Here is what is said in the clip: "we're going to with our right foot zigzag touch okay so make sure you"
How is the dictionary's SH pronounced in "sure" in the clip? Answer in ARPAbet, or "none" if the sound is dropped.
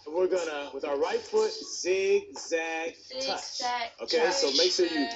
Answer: SH